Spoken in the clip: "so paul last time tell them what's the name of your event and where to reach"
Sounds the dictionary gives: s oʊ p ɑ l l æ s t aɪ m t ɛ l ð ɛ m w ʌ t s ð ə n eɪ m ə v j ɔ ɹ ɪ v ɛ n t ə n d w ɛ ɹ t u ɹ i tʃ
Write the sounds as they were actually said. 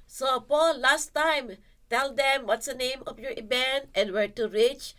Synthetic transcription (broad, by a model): s oʊ p ɑ l l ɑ s t aɪ m t ɛ l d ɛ m w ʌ t s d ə n eɪ m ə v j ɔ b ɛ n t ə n w ɛ ɹ t u ɹ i tʃ